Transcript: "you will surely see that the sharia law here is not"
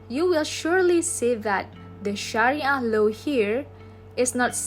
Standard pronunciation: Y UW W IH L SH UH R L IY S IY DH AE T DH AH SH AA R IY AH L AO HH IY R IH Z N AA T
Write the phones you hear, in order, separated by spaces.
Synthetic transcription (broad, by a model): Y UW W IH L SH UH R L IY S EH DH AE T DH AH SH AA R IY AH L AO HH IY R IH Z N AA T